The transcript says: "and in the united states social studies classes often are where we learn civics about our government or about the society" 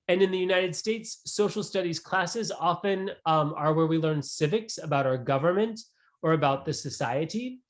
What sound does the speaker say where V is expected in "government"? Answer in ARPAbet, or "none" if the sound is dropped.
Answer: V